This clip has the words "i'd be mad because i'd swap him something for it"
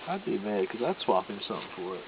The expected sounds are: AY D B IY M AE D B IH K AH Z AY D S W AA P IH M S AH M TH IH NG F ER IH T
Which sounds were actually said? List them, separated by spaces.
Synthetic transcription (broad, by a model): AY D B IY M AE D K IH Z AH IH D S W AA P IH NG S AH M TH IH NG F ER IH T